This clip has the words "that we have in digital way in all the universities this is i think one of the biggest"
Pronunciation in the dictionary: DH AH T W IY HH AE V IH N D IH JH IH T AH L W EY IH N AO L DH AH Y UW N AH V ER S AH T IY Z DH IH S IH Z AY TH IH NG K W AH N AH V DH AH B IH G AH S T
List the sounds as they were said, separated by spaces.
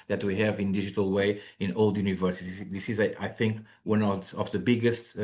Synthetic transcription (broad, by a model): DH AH T W IY HH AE V IH N D IH JH IH T AH L W EY IH N AO L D Y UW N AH V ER S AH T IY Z DH IH S IH Z AY TH IH NG K W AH N AH V DH AH B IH G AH S T